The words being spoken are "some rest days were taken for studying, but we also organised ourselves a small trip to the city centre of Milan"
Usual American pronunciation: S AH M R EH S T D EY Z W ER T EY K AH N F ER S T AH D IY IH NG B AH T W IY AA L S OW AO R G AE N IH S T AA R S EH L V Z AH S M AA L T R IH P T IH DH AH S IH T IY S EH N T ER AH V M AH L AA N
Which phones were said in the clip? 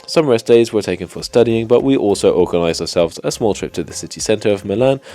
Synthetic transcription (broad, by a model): S AH M R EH S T D EY Z W ER T EY K AH N F ER S T AH D IY IH NG B AH T W IY AA L S OW AO R G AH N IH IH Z AA R S EH L V Z AH S M AA L T R IH P T IH DH AH S IH T IY S EH N T ER AH V M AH L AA N